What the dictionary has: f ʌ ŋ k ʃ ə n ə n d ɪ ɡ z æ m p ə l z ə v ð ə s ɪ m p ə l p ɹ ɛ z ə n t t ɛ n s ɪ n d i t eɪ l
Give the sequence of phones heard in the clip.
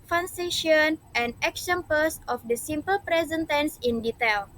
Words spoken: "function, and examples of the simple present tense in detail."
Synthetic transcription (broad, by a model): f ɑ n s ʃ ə n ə n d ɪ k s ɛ m p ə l s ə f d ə s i m p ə l p ɹ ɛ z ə n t t ɛ n s ɪ n d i t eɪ l